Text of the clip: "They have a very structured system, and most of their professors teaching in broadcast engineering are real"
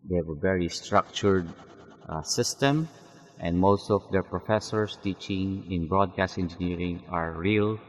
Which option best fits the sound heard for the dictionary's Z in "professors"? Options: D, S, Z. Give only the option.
S